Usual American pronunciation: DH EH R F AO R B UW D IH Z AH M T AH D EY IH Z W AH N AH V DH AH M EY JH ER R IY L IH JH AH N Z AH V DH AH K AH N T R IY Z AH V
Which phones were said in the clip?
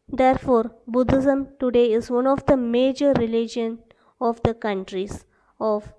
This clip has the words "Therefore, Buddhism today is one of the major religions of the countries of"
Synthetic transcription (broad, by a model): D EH R F AO R B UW D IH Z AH M T AH D EY IH Z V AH N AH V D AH M EY JH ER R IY L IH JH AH N AH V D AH K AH N T R IY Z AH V